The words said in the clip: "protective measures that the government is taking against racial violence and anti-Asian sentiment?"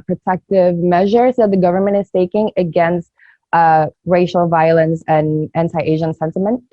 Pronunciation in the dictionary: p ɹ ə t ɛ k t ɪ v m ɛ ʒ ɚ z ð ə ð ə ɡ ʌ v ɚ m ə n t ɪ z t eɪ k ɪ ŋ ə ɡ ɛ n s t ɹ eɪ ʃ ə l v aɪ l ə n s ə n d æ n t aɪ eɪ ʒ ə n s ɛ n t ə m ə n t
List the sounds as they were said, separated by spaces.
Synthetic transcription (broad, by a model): p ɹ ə t ɛ k t ɪ v m ɛ ʒ ɚ z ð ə ð ə ɡ ʌ v ɚ m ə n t ɪ z t eɪ k ɪ ŋ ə ɡ ɛ n s t ɹ eɪ ʃ l v aɪ l ə n s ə n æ n t aɪ eɪ ʒ ə n s ɛ n t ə m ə n t